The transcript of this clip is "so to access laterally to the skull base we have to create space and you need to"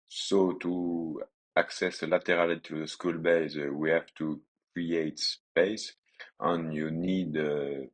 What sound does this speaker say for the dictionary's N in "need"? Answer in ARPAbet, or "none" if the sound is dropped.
N